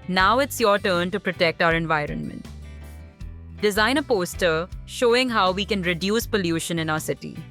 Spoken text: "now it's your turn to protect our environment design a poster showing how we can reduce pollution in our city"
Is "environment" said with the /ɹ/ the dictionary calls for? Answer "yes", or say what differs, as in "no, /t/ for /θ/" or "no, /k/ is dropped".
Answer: yes